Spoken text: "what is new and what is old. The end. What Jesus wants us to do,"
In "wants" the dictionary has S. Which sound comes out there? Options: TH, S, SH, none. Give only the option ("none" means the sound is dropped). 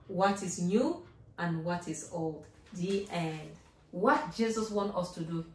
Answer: none